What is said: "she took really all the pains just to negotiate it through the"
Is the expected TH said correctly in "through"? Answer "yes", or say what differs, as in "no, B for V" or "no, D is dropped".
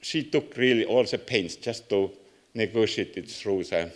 no, S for TH